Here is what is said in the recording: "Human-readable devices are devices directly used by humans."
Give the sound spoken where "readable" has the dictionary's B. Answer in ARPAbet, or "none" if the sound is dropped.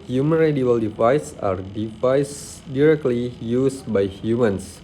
none